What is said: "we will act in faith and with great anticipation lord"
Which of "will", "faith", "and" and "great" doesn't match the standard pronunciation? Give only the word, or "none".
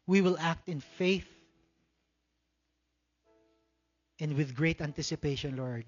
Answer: none